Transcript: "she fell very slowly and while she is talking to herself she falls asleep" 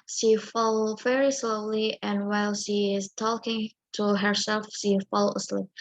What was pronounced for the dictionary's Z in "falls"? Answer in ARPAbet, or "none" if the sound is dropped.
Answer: none